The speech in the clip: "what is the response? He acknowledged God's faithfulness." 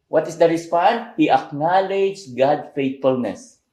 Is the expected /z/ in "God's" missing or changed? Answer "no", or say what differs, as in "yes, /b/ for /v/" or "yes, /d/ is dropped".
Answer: yes, /z/ is dropped